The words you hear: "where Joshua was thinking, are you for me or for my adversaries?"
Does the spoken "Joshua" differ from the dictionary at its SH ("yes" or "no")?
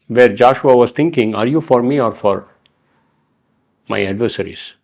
no